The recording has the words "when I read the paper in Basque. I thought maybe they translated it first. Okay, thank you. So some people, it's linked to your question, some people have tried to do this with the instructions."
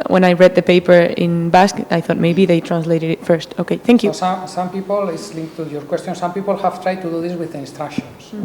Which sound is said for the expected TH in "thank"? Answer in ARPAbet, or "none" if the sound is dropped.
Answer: TH